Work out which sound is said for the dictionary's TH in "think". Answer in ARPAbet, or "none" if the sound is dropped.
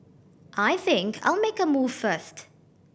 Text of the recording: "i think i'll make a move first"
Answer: TH